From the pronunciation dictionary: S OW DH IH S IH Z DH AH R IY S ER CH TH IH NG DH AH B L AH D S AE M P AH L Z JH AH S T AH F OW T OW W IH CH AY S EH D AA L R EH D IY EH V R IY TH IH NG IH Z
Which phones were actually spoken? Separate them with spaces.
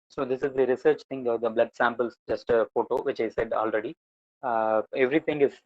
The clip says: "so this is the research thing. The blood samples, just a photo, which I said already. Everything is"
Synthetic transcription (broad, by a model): S OW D IH S IH Z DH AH R IY S ER CH T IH NG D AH B L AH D S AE M P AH L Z JH AH S T AH F OW T OW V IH CH AY S EH D AA L R EH D IY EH V R IY T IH NG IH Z